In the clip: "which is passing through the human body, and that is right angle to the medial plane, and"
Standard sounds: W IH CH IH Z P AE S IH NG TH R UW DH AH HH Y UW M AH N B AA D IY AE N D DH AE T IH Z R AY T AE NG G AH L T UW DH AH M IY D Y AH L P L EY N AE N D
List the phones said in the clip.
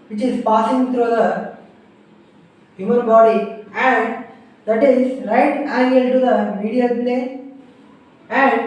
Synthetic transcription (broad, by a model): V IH CH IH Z P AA S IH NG T R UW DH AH HH Y UW M AH N B AA D IY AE N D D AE T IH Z R AY T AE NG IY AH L T UW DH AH M IY D Y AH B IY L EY AE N D